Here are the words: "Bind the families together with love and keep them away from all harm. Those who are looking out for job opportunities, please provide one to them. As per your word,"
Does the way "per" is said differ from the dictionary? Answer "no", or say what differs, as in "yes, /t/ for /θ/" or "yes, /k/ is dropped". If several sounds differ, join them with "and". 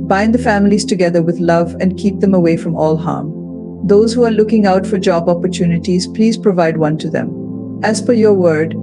yes, /f/ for /p/